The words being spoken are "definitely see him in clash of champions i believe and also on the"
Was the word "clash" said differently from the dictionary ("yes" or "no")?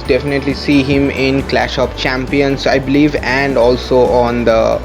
no